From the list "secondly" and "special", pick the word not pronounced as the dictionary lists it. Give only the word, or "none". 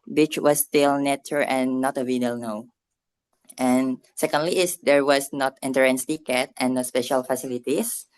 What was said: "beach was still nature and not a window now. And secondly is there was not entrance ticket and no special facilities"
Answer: none